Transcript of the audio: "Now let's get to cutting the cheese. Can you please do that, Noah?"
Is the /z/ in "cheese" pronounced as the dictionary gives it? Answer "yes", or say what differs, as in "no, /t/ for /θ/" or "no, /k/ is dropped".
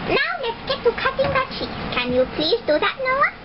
no, /z/ is dropped